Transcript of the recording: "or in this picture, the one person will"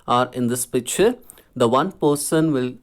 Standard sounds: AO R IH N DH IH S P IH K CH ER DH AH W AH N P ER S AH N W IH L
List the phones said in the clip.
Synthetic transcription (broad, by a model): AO R IH N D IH S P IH CH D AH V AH N P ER S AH N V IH L